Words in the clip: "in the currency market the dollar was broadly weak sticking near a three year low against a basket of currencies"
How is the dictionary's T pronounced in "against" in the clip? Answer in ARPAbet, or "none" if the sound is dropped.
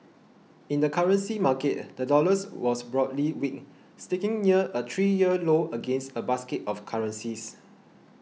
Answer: T